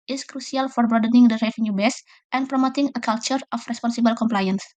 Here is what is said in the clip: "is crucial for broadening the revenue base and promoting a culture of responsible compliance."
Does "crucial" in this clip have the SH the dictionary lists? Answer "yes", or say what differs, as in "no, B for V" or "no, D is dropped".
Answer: no, S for SH